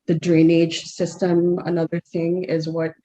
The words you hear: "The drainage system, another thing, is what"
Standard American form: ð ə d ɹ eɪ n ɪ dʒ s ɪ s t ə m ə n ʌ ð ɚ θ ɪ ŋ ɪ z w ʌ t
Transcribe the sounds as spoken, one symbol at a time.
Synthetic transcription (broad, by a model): ð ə d ɹ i n ɪ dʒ s ɪ s t ə m ə n ʌ ð ɚ θ ɪ ŋ ɪ z w ʌ t